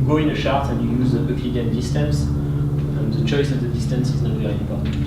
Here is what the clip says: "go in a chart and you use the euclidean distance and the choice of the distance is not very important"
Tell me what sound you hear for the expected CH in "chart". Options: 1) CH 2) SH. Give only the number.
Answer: 2